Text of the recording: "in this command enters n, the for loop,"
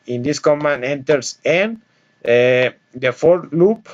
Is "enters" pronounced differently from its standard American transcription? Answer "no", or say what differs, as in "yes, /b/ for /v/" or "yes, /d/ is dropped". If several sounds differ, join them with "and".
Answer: yes, /s/ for /z/